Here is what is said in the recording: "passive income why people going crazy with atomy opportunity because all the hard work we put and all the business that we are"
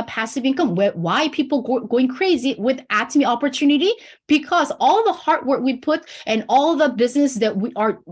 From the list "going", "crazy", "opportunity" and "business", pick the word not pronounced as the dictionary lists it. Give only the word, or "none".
none